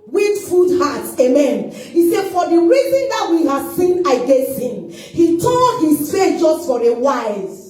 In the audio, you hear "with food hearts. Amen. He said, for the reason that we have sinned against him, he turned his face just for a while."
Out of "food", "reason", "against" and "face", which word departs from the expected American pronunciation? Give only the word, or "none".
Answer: face